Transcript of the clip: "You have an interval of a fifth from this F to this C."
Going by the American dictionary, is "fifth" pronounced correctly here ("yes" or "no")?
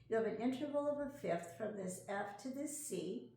yes